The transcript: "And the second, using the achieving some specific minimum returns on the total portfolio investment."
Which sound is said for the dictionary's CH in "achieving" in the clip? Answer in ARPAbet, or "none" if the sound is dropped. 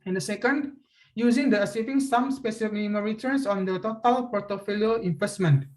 S